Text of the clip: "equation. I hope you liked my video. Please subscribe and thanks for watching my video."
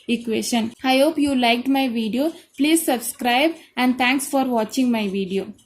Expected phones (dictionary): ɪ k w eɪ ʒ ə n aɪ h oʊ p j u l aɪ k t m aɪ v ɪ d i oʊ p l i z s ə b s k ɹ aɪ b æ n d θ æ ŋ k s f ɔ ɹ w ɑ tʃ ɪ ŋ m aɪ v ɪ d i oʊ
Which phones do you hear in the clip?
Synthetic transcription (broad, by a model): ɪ k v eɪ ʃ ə n aɪ h oʊ p j u l aɪ k t m aɪ v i d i oʊ p l i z s ə b s k ɹ aɪ b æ n d t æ ŋ k s f ɔ ɹ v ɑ tʃ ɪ ŋ m aɪ v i d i oʊ